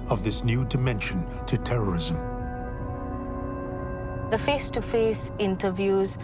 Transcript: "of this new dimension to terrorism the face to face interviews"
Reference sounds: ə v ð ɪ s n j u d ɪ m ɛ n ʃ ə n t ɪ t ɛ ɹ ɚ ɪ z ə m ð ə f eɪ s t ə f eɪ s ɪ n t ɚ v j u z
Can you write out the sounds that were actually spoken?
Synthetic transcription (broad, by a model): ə v ð ɪ s n j u d ɪ m ɛ n ʃ ə n t ɪ t ɛ ɹ ɚ ɪ z ə m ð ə f eɪ s t ə f eɪ s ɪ n t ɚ v j u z